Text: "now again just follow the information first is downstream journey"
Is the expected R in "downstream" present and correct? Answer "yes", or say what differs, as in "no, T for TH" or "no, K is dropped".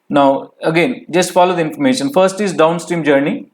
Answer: yes